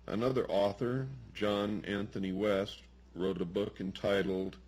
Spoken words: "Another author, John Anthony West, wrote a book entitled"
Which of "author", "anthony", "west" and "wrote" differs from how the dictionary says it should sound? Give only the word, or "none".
none